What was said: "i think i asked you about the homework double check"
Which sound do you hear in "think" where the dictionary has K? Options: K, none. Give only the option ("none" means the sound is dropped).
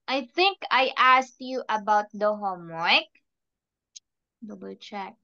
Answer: K